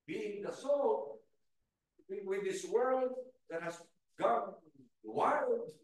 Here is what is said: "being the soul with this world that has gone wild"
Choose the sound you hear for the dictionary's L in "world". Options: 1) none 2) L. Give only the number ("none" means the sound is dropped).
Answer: 2